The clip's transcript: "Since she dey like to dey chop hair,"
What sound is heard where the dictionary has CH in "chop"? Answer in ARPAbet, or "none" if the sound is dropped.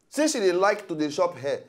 SH